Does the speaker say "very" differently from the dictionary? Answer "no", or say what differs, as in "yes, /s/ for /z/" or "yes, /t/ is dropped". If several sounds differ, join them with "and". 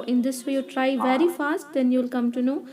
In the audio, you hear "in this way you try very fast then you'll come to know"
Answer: no